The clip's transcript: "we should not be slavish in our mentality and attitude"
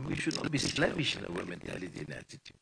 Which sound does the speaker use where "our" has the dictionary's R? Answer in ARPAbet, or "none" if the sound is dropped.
W